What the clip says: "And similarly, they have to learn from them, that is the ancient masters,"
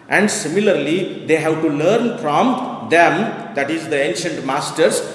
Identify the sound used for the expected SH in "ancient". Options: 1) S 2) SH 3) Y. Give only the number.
2